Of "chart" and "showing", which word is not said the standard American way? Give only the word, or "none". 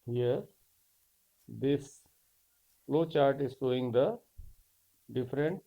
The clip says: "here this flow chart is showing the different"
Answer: showing